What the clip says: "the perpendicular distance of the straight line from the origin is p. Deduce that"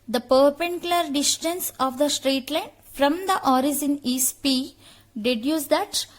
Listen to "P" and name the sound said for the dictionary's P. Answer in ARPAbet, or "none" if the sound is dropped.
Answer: P